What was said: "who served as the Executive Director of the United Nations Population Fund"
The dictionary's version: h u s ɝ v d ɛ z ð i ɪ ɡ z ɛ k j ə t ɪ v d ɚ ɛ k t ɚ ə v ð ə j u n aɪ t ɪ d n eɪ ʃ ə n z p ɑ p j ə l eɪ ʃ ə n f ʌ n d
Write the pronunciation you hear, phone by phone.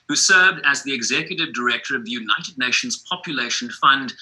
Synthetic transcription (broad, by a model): h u s ɝ v d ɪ z ð i ɪ ɡ z ɛ k j ə t ɪ v d ɚ ɛ k t ɚ ə v ð ə j u n aɪ t ɪ d n eɪ ʃ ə n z p ɑ p j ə l eɪ ʃ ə n f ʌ n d